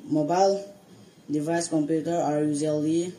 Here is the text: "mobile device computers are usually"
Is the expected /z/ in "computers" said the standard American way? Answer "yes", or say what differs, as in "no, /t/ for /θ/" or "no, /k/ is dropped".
no, /z/ is dropped